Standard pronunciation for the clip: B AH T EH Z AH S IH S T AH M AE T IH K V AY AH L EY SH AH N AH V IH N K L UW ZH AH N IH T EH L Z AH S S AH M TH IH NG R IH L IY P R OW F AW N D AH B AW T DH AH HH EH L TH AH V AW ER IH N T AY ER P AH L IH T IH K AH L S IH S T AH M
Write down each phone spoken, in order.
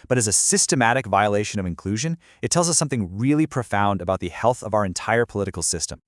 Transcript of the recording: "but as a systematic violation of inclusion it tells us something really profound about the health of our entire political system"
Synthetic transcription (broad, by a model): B AH T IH Z AH S IH S T AH M AE T IH K V AY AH L EY SH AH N AH V IH N K L UW ZH AH N IH T EH L Z AH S S AH M TH IH NG R IH L IY P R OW F AW N D AH B AW T DH AH HH EH L TH AH V AW ER IH N T AY ER P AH L IH T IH K L S IH S T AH M